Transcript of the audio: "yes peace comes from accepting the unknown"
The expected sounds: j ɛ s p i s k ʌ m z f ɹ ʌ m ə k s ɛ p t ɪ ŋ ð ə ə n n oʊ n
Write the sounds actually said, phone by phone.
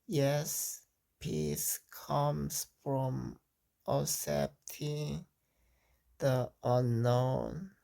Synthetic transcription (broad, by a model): j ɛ s p i s k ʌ m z f ɹ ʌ m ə s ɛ p t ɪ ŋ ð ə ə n n oʊ n